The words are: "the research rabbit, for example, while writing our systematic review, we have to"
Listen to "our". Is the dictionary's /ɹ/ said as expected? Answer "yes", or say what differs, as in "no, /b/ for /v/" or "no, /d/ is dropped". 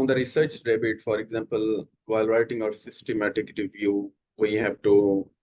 yes